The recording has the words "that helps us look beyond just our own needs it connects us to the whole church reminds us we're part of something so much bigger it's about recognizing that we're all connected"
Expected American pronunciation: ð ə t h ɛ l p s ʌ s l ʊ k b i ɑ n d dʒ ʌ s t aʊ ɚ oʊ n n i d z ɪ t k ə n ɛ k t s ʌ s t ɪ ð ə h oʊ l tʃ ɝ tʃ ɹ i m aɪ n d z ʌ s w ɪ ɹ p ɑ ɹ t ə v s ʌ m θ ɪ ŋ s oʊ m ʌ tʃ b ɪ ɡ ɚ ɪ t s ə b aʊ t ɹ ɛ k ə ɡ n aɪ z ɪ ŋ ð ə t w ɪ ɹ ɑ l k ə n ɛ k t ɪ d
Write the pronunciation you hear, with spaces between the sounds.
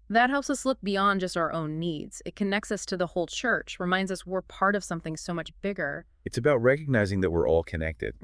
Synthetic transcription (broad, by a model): ð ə t h ɛ l p s ʌ s l ʊ k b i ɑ n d dʒ ʌ s t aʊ ɚ oʊ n n i d z ɪ t k ə n ɛ k t s ʌ s t ɪ ð ə h oʊ l tʃ ɝ tʃ ɹ i m aɪ n d z ʌ s w ɪ ɹ p ɑ ɹ t ə v s ʌ m θ ɪ ŋ s oʊ m ʌ tʃ b ɪ ɡ ɚ ɪ t s ə b aʊ t ɹ ɛ k ə ɡ n aɪ z ɪ ŋ ð ə t w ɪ ɹ ɑ l k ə n ɛ k t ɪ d